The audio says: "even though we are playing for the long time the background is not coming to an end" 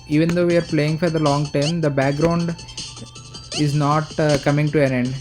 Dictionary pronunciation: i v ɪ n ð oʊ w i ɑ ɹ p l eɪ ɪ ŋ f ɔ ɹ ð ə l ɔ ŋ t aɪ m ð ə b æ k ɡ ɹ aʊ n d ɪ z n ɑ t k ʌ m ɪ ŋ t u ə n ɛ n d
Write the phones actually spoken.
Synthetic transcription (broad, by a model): i v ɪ n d oʊ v i ɑ ɹ p l eɪ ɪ ŋ f ɔ ɹ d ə l ɔ ŋ t aɪ m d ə b æ k ɡ ɹ aʊ n d ɪ z n ɑ t k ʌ m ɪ ŋ t u ə n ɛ n d